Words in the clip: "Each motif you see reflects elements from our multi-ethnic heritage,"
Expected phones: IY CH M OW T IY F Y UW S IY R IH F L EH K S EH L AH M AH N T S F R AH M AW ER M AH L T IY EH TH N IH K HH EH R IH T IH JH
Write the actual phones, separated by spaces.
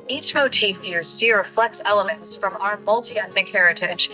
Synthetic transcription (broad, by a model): IY CH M OW T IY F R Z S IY R IH F L EH K S EH L AH M AH N T S F R AH M AW ER M AH L T IY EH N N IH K HH EH R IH T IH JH